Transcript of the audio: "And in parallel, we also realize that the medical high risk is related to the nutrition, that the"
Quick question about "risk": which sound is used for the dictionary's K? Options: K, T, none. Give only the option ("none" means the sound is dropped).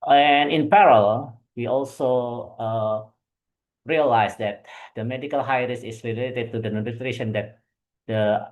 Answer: none